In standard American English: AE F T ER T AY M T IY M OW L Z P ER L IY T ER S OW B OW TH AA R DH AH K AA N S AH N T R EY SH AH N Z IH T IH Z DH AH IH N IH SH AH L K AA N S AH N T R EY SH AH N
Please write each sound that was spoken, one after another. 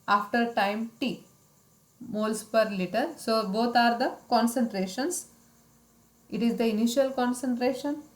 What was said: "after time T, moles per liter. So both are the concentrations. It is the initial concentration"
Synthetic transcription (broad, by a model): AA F T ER T AY M T IY M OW L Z P ER L IY T ER S OW B OW T AA R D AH K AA N S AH N T R EY SH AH N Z IH T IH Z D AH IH N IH SH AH L K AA N S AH N T R EY SH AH N